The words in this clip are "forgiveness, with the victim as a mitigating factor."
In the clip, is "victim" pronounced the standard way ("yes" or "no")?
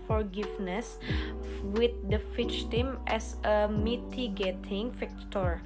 no